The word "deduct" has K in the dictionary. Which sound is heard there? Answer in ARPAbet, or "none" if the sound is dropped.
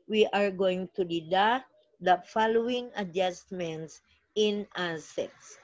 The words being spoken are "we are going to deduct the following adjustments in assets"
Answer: none